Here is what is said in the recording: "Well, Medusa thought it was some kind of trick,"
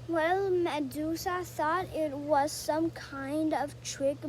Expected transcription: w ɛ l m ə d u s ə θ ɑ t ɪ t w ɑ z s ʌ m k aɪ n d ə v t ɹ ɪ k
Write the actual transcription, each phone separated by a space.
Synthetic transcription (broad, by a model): w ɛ l m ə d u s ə s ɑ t ɪ t w ɑ z s ʌ m k aɪ n d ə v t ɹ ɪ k